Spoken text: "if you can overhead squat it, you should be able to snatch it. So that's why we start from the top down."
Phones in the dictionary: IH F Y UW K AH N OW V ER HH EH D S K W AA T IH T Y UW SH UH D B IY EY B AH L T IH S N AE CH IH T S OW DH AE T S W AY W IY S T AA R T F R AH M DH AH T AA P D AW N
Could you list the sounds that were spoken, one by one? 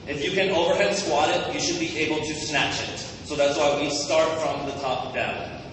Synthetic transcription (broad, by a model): IH F Y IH K AH N OW V ER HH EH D S K W AA T IH T Y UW SH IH D B IY EY B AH L T IH S N AE CH IH T S OW DH AE T S W AY W IY S T AA R T F R AH M DH AH T AA P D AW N